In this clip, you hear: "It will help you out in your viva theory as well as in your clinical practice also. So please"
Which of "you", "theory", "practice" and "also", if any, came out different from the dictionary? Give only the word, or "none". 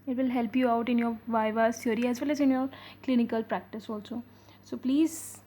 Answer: theory